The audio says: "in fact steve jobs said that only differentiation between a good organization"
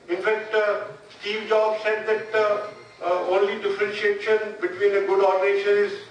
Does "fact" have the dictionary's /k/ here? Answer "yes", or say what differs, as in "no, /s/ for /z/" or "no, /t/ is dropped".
yes